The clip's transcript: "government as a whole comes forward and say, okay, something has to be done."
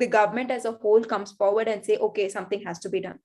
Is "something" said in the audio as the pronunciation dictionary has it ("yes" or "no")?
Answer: no